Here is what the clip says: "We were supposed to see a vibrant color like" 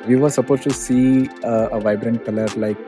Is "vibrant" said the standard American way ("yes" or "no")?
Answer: yes